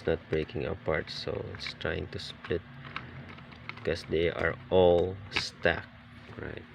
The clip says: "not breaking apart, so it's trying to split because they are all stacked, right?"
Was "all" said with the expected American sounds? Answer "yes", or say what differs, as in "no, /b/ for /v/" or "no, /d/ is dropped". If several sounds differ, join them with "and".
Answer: yes